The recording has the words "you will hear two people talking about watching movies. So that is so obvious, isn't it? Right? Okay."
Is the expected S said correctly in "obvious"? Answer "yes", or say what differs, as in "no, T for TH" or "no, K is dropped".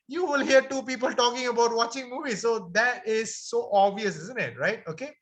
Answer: yes